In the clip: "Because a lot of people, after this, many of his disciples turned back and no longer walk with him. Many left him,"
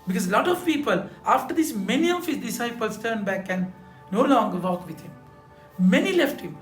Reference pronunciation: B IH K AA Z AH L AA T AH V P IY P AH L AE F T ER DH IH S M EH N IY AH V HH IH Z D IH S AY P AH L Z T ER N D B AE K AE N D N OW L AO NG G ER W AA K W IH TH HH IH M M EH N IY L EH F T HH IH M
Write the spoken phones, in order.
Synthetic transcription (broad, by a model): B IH K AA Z L AA T AH V P IY P AH L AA F T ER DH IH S M EH N IY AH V HH IH Z D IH S AY P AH L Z T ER N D B AE K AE N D N OW L AO NG G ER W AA K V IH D HH IH M M EH N IY L EH F T HH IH M